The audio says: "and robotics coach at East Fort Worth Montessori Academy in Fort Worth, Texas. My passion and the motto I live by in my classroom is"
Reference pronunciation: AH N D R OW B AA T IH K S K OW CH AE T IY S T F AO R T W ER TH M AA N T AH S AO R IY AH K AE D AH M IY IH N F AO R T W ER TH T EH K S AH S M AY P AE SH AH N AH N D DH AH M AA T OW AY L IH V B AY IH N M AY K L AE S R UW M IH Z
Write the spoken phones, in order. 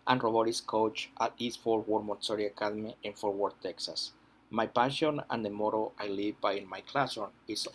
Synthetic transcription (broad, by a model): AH N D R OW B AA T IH S K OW CH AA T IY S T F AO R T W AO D M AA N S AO R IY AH K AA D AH M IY IH N F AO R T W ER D T EH K S AH S M AY P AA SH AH N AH N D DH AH M AA T OW AY L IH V B AY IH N M AY K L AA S AO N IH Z